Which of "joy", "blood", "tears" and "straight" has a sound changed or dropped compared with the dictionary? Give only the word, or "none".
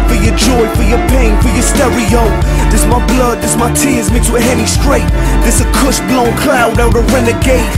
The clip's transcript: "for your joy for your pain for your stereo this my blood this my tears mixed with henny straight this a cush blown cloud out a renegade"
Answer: none